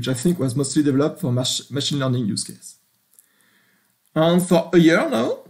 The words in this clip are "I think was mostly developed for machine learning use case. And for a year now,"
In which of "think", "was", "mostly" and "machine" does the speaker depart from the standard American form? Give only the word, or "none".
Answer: none